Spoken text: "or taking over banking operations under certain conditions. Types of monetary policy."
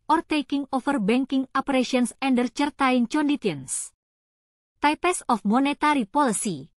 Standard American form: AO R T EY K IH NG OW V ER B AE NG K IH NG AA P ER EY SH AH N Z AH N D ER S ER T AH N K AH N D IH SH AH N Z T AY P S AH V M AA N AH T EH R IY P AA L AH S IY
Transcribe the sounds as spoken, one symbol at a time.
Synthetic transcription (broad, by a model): AO R T EY K IH NG OW F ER B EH NG K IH NG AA P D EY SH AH N S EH N D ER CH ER T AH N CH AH N D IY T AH N S T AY P S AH F M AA N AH T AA R IY P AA L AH S IY